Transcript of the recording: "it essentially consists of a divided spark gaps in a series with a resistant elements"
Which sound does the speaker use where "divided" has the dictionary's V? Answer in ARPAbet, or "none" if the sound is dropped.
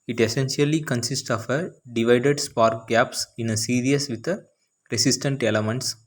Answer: V